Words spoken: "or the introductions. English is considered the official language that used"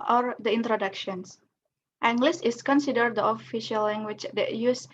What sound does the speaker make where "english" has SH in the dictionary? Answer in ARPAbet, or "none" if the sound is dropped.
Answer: S